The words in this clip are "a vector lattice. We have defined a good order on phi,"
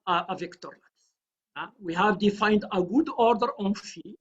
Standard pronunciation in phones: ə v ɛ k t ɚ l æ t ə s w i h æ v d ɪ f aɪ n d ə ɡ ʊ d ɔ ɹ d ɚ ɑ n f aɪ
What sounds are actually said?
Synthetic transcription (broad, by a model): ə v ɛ k t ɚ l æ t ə w i h æ v d ɪ f aɪ n d ə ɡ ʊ d ɔ ɹ d ɚ ɑ n f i